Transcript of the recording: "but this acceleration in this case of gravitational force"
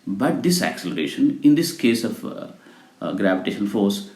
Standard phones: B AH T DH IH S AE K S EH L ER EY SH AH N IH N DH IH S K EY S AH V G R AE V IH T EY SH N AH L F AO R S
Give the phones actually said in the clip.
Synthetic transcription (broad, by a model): B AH T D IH S AE K S EH L ER EY SH AH N IH N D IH S K EY S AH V G R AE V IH T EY SH AH N F AO R S